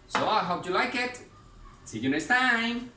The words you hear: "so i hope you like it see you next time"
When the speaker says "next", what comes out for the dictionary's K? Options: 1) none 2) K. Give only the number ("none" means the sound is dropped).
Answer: 1